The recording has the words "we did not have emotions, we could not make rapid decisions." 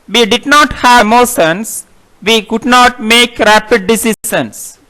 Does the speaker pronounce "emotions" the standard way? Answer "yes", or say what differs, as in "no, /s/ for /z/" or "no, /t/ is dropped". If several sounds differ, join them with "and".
no, /s/ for /ʃ/